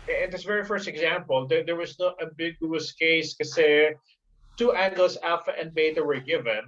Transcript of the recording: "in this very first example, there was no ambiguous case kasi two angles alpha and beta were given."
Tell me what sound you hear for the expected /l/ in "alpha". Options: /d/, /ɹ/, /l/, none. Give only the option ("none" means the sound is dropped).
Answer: none